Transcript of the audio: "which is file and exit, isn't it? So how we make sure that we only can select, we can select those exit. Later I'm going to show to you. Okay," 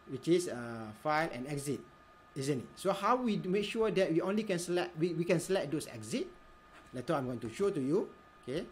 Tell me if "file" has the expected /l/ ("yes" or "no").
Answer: yes